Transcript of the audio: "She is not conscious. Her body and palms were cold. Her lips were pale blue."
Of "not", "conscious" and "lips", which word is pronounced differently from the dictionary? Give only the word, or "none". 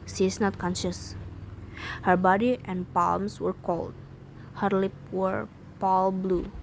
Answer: lips